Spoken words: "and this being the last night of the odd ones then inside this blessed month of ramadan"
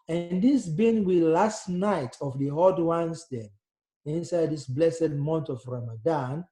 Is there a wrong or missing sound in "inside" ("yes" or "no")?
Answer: no